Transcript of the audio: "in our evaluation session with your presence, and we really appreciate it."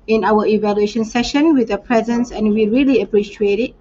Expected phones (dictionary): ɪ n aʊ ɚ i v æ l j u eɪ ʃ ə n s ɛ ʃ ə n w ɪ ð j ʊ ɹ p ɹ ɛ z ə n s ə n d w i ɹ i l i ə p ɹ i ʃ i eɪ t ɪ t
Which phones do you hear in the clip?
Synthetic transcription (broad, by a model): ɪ n aʊ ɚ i v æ l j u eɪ ʃ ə n s ɛ ʃ ə n w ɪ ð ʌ p ɹ ɛ z ə n s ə n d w i ɹ i l i ə p ɹ i ʃ i eɪ t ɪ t